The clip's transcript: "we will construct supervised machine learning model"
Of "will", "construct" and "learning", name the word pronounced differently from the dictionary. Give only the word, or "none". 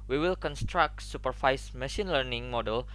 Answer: none